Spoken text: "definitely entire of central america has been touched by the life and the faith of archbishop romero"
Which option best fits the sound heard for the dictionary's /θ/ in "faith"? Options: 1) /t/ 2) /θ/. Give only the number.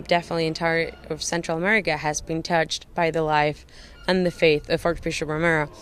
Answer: 2